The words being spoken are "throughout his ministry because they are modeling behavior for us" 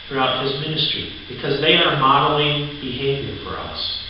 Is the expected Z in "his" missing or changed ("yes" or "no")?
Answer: no